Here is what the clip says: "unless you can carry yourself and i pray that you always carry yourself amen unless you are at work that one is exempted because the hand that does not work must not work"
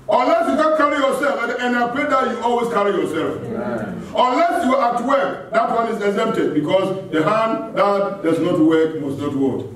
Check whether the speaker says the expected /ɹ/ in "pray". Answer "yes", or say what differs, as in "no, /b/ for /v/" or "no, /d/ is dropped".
no, /l/ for /ɹ/